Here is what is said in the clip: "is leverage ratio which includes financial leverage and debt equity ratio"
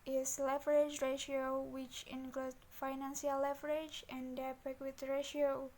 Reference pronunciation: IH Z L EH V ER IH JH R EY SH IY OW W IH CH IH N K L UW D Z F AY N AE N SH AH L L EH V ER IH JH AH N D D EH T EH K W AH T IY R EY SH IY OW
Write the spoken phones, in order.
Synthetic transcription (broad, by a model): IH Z L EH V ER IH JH R EY SH IY OW W IH CH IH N K L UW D F AY N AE N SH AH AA L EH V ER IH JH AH N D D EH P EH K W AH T R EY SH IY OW